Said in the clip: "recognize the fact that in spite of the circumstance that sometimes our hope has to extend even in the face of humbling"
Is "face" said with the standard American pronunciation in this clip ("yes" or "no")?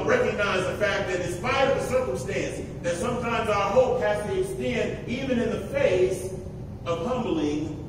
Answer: yes